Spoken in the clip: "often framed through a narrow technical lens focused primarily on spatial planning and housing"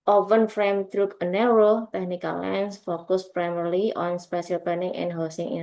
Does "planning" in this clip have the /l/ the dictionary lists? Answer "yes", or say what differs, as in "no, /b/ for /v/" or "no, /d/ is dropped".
no, /l/ is dropped